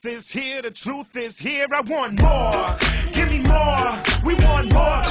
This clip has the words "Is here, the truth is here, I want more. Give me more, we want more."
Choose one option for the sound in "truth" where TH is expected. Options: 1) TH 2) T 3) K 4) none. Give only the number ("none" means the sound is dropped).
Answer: 1